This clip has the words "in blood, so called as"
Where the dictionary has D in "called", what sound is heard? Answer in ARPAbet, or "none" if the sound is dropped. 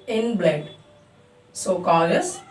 none